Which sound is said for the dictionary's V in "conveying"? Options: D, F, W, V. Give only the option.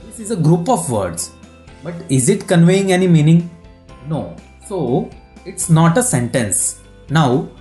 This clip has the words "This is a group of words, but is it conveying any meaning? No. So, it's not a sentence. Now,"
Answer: V